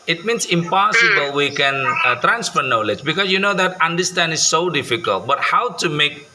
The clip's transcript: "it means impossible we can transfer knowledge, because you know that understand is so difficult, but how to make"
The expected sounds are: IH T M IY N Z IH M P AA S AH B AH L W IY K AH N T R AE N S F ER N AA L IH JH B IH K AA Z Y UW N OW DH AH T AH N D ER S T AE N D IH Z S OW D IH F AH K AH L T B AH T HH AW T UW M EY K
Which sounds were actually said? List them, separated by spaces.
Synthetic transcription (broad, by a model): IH T M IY N S IH M P AA S AH B AH L W IY K AH N T R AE N S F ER N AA L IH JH B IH K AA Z Y UW N OW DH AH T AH N D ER S T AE N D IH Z S OW D IH F AH K AH L T B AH T HH AW T UW M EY K